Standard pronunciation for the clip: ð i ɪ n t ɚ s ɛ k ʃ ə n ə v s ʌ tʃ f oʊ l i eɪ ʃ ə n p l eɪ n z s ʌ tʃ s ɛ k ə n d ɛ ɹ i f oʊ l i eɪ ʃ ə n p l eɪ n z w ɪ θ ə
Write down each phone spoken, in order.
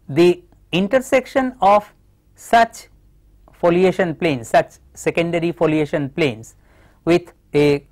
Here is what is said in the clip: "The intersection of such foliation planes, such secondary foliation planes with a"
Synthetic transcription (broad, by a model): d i ɪ n t ɚ s ɛ k ʃ ə n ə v s ʌ tʃ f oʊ l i eɪ ʃ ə n p l eɪ n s s ʌ tʃ s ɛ k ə n d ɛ ɹ i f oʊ l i eɪ ʃ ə n p l eɪ n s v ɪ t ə